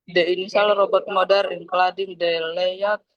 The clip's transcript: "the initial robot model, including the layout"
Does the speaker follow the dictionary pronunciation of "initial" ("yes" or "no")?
no